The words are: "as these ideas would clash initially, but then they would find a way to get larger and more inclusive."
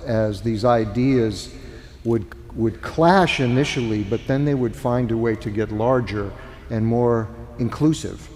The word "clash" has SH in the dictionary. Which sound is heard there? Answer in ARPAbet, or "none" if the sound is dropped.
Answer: SH